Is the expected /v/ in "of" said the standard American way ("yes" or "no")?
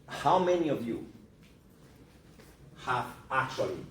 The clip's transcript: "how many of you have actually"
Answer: yes